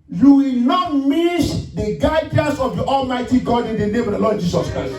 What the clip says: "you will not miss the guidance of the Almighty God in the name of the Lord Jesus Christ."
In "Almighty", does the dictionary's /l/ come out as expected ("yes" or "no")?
yes